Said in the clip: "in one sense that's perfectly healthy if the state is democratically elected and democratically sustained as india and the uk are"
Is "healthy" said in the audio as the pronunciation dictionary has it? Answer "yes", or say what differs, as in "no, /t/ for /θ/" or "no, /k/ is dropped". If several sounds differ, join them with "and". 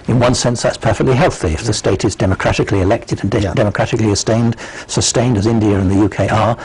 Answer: yes